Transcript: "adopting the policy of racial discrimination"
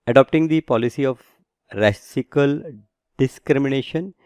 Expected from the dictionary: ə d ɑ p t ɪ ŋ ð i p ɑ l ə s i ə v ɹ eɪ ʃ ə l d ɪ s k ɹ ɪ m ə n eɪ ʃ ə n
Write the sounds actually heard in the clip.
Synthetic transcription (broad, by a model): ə d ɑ p t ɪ ŋ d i p ɑ l ə s i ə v ɹ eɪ s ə l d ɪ s k ɹ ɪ m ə n eɪ ʃ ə n